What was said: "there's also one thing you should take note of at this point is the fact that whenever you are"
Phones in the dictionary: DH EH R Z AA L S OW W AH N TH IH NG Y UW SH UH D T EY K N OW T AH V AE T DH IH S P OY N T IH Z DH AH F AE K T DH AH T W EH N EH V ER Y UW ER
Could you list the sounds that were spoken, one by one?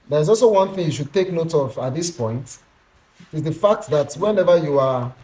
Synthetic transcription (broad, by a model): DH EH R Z AA L S OW W AH N TH IH NG Y UW SH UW D T EY K N OW T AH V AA T DH IH S P OY N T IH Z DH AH F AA K T DH AH T W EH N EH V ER Y UW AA